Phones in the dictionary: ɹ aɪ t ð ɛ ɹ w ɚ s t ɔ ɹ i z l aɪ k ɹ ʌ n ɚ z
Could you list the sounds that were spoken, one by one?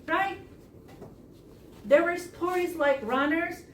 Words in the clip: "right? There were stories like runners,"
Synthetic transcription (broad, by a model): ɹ aɪ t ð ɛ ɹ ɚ s t ɔ ɹ i z l aɪ k ɹ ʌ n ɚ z